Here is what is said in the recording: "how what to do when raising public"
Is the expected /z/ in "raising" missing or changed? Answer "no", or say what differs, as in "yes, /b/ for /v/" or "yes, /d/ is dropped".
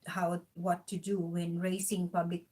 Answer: yes, /s/ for /z/